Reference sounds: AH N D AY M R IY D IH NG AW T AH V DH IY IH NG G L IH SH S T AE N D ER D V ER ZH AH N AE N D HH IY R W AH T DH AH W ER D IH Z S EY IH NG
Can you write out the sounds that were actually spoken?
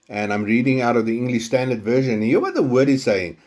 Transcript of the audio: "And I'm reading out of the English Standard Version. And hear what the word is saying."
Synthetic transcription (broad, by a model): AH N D AY M R IY D IH NG AW T AH V DH IY IH NG G L IH SH S T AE N D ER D V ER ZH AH N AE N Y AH W AH T DH AH W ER D IH Z S EY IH NG